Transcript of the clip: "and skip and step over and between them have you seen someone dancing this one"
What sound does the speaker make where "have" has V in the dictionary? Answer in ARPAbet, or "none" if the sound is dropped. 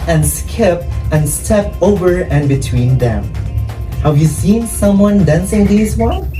V